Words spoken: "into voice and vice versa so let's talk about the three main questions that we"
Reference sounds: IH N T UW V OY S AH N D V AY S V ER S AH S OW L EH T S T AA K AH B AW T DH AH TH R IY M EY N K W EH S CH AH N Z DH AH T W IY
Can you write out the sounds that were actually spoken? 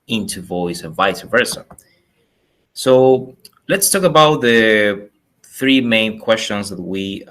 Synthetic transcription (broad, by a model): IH N T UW V OY S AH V AY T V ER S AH S OW L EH T S T AA K AH B AW T DH AH TH R IY M EY N K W EH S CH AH N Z DH AH T W IY